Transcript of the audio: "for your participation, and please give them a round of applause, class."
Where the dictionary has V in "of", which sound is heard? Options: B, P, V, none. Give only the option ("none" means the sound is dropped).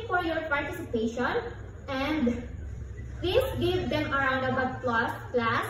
B